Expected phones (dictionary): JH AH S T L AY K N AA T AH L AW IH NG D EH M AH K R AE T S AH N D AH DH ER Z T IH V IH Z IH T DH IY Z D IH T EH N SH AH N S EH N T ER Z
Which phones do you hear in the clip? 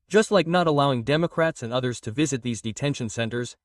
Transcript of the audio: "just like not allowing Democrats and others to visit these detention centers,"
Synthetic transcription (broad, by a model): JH AH S T L AY K N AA T AH L AW IH NG D EH M AH K R AE T S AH N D AH DH ER Z T IH V IH Z IH T DH IY Z D IH T EH N SH AH N S EH N T ER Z